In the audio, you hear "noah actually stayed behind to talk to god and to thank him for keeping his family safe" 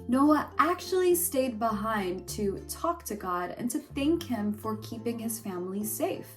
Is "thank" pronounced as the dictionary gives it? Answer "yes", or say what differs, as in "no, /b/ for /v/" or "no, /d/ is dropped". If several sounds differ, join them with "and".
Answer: yes